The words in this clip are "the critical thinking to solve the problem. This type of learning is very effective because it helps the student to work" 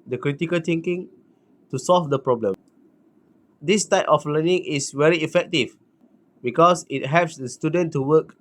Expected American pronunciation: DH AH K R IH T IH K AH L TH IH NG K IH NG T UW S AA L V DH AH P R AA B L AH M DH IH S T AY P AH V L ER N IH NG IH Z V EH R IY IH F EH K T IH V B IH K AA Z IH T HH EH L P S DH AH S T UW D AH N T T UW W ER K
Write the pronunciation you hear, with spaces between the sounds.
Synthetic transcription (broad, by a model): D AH K R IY T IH K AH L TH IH NG K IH NG T UW S AA L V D AH P R AA B L AH M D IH S T AY P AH F L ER N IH NG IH S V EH R IY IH F EH K T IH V B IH K AA S IH T HH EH P S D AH S T UW D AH N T T UW W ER K